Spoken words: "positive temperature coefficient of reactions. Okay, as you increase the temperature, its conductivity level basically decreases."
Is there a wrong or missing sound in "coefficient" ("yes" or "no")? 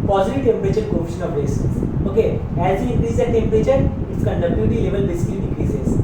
yes